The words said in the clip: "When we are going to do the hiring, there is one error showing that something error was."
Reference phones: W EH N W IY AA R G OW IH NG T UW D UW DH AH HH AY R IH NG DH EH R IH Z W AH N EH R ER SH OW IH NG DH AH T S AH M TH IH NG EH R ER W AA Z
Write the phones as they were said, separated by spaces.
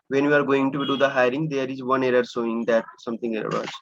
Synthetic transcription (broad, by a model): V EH N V IY AA R G OW IH NG T UW D UW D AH HH AY R IH NG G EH R IH Z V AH N EH R ER S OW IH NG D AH T S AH M T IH NG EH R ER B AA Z